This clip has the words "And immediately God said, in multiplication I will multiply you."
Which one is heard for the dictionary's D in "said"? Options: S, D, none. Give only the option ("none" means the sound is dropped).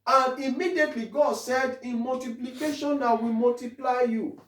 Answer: D